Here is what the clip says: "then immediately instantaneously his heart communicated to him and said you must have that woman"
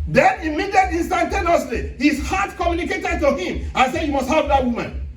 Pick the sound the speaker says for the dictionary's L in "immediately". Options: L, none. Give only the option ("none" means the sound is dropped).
none